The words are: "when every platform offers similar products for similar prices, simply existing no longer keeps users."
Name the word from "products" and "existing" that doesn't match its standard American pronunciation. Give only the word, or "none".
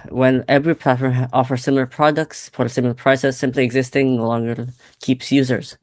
none